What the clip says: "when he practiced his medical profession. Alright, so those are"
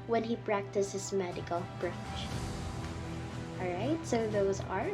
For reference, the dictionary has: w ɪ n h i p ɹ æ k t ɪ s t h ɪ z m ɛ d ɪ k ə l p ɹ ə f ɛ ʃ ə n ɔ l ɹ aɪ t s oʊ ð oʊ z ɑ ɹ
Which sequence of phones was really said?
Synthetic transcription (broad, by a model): w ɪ n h i p ɹ æ k t ɪ s t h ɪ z m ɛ d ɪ k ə l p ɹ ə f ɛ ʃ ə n ɔ l ɹ aɪ t s oʊ ð oʊ z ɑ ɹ